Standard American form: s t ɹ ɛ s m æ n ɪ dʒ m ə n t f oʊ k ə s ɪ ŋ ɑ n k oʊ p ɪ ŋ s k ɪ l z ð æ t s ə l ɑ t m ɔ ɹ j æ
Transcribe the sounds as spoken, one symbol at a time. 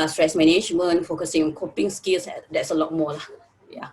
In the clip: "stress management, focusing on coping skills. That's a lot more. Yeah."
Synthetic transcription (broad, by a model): s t ɹ ɛ s m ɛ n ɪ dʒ m ə n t f oʊ k ə s ɪ ŋ ɑ n k oʊ p ɪ ŋ s k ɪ l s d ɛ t s ə l ɑ t m ɔ l j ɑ